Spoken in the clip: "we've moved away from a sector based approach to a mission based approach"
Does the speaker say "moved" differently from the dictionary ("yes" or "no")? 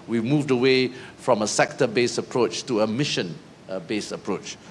no